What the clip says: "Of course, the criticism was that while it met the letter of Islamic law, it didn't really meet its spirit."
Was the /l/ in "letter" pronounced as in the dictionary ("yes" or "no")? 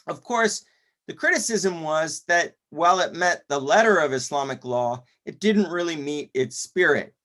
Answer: yes